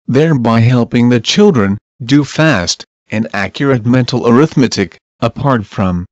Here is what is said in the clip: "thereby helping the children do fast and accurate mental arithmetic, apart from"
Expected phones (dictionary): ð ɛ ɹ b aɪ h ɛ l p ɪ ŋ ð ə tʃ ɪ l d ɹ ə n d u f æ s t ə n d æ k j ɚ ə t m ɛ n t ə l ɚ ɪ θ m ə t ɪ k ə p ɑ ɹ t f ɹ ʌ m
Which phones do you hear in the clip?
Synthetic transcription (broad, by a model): ð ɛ ɹ b aɪ h ɛ l p ɪ ŋ ð ə tʃ ɪ l d ɹ ə n d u f æ s t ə n æ k j ɚ ə t m ɛ n t l ɚ ɪ θ m ə t ɪ k ə p ɑ ɹ t f ɹ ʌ m